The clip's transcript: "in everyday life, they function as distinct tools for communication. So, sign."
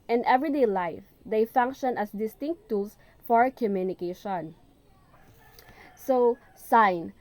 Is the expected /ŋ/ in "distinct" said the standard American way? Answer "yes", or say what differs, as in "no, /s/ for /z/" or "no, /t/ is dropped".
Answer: yes